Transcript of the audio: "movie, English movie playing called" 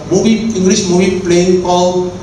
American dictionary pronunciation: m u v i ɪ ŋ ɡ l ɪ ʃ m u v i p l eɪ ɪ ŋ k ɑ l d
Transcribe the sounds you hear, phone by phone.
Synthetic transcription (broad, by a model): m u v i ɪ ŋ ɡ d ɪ s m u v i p l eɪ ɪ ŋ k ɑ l